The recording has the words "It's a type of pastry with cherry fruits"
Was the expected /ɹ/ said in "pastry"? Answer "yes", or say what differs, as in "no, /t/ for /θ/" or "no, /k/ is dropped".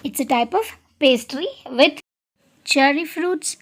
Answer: yes